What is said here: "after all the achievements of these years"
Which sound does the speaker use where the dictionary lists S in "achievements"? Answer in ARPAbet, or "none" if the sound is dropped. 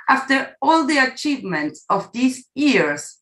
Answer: S